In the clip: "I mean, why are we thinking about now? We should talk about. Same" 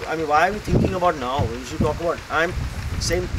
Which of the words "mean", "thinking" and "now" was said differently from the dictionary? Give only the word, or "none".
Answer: thinking